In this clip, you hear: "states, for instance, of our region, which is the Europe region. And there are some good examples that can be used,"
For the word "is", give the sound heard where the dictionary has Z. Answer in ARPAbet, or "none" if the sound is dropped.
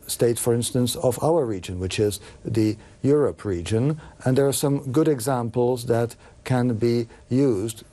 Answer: Z